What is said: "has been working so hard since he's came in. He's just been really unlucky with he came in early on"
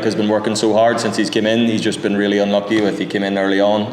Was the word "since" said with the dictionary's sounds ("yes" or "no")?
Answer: yes